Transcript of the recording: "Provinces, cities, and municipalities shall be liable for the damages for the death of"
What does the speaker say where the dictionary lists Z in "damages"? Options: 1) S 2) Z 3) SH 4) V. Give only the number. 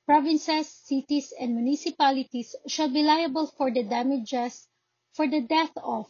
1